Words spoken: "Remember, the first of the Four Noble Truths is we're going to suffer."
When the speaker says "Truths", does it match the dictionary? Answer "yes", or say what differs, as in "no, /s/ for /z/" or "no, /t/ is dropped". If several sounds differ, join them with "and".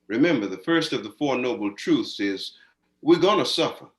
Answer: yes